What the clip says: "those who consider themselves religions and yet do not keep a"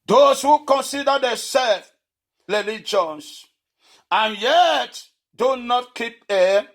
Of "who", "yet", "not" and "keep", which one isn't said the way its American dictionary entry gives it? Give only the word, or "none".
none